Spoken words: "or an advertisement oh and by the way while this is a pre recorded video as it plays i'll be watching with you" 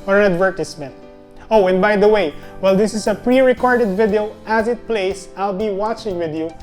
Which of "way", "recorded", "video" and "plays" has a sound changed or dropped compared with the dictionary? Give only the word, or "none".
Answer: plays